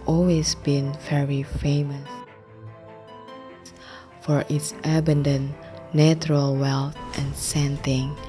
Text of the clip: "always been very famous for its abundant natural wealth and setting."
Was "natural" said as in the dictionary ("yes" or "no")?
yes